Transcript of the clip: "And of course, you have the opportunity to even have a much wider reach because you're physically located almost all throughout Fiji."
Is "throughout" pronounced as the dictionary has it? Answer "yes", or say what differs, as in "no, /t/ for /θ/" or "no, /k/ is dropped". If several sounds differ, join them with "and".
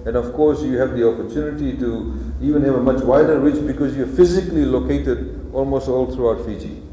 no, /t/ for /θ/